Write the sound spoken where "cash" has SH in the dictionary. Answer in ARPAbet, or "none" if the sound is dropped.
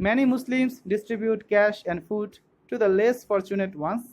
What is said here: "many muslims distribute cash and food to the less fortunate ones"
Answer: SH